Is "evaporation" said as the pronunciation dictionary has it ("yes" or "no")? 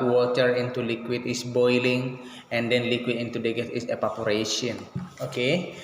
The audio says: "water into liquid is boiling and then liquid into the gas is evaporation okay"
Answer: no